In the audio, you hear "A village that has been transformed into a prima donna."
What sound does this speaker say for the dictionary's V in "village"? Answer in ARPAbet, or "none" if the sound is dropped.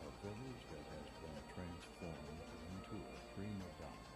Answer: V